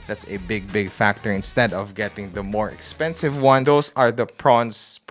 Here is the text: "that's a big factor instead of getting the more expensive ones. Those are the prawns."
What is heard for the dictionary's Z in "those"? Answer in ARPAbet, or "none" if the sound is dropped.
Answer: S